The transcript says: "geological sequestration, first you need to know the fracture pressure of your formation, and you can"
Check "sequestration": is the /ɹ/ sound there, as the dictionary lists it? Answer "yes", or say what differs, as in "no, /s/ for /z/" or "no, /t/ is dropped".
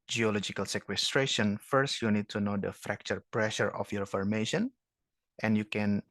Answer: yes